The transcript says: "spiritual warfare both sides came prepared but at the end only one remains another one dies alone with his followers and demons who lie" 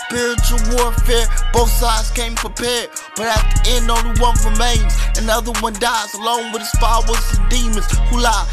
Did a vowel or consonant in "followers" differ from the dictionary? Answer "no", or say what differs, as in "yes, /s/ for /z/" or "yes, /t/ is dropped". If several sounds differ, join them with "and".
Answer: yes, /w/ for /l/